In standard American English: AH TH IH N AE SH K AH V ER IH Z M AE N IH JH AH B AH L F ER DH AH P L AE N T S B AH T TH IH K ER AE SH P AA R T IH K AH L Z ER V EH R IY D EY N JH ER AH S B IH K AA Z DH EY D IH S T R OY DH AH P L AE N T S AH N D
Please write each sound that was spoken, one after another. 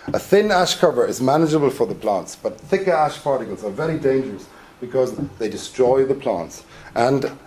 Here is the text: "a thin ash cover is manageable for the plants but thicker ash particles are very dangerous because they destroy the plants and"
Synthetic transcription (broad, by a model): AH TH IH N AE SH K AH V ER IH Z M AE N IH JH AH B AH L F ER DH AH P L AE N T S B AH T TH IH K ER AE SH P AA R T IH K AH L Z ER V EH R IY D EY N JH ER AH S B IH K AA Z DH EY D IH S T R OY DH AH P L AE N T S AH N